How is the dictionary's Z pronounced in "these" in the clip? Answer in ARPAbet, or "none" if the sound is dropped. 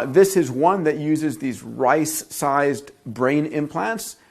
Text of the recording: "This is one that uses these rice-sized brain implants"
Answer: Z